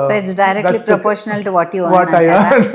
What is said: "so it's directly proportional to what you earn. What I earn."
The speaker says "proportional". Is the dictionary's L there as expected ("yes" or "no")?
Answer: yes